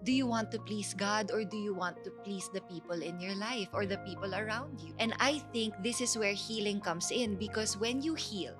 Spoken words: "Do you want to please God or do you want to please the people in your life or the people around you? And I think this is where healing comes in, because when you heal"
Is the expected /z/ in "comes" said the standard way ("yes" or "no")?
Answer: no